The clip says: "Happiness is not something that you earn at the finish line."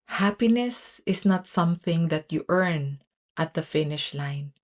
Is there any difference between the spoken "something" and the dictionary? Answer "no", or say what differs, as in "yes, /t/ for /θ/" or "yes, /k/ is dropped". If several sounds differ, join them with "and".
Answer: no